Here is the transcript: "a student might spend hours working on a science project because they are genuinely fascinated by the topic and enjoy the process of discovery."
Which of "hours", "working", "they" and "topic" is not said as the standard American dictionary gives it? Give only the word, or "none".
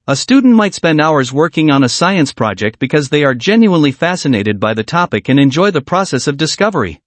none